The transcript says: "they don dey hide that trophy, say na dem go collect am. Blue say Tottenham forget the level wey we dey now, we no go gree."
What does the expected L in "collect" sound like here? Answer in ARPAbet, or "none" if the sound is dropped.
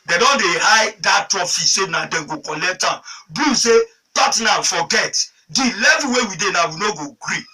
L